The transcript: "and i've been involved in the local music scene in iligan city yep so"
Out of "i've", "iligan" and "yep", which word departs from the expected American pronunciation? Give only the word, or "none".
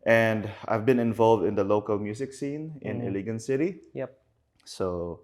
none